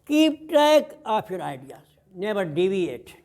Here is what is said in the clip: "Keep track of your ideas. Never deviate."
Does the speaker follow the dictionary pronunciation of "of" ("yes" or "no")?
no